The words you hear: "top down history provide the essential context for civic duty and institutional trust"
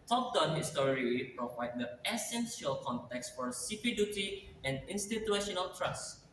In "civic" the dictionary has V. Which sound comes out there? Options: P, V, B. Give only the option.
P